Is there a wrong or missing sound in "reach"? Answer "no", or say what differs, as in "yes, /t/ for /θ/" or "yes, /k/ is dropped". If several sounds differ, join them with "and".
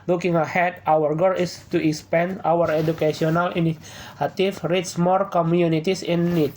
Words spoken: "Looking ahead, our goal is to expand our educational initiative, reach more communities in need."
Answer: yes, /s/ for /tʃ/